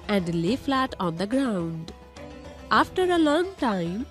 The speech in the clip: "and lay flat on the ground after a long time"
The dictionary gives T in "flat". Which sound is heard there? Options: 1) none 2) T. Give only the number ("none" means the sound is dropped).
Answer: 2